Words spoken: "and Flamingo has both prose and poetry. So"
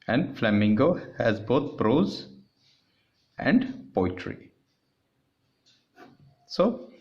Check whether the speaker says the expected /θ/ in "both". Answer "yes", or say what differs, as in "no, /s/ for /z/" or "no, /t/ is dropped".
no, /t/ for /θ/